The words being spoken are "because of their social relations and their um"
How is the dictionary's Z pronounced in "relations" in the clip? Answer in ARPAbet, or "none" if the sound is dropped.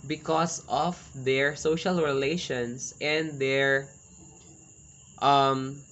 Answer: S